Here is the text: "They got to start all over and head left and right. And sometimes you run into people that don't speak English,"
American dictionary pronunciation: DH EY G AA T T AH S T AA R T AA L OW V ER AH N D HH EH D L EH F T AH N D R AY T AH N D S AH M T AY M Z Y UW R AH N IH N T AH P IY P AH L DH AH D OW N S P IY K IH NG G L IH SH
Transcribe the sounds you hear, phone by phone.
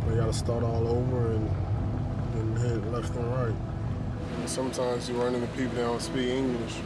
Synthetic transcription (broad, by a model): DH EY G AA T T AH S T AA R T AA L OW V ER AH N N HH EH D L EH F T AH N R AY T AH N S AH M T AY M Z Y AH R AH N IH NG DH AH P IY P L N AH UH S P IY K IH NG G L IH SH